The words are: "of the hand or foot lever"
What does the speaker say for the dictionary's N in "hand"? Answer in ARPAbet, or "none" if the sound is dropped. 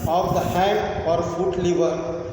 none